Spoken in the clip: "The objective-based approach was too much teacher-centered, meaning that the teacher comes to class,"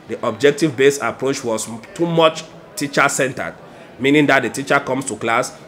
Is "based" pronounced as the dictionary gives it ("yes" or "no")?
no